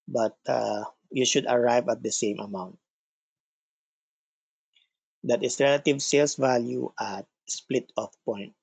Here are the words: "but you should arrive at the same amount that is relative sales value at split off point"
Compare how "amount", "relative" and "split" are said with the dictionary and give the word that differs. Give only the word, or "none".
none